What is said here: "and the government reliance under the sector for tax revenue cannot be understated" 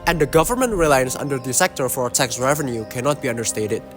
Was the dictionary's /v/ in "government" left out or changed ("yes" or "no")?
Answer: no